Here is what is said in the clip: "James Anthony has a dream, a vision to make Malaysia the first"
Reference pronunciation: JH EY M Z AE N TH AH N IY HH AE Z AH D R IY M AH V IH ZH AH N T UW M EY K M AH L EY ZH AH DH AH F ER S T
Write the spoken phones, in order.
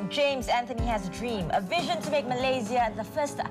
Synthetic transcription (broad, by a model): JH EY M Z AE N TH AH N IY HH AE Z AH D R IY M AH V IH ZH AH N T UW M EY K M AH L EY Z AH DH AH F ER S T